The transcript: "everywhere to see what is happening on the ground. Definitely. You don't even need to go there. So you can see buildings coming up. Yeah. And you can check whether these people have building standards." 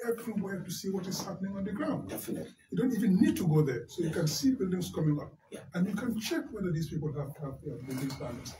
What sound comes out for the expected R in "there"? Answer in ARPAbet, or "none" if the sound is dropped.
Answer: R